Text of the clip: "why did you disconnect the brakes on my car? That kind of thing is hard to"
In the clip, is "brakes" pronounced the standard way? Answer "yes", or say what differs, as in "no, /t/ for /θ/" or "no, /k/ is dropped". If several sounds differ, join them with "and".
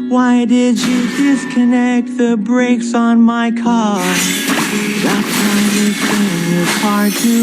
yes